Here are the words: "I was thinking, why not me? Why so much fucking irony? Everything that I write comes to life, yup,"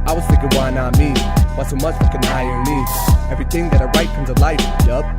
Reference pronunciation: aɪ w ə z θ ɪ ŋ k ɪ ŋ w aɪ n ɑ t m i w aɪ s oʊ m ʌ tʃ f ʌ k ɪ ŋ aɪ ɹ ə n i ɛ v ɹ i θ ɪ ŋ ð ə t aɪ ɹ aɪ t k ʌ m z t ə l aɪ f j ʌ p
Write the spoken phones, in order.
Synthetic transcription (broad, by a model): aɪ w ə z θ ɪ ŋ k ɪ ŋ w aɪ n ɑ t m i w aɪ s oʊ m ʌ tʃ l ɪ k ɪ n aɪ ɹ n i ɛ v ɹ i θ ɪ ŋ ð ə t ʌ ɹ aɪ t k ʌ m z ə l aɪ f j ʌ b